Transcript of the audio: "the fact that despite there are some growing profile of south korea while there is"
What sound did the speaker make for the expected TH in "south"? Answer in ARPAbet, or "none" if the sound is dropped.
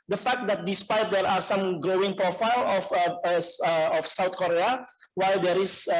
T